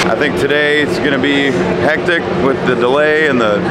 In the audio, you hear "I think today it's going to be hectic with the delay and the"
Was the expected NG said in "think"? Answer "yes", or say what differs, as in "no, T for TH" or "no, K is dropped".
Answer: yes